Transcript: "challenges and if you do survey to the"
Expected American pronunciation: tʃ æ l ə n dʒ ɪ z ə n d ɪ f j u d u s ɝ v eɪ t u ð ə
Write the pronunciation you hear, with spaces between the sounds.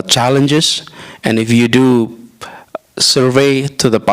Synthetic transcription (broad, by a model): tʃ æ l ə n dʒ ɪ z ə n ɪ f j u d u s ɝ v eɪ t u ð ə